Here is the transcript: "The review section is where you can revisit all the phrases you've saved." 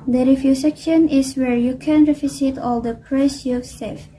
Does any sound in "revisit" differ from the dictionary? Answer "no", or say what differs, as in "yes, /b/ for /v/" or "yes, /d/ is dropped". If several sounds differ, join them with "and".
yes, /f/ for /v/